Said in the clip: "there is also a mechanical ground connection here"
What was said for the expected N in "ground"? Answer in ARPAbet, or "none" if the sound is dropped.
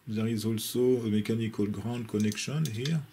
none